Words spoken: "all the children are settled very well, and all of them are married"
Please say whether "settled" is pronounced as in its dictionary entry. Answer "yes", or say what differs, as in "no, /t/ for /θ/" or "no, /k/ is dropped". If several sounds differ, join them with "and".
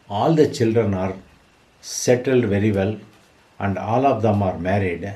yes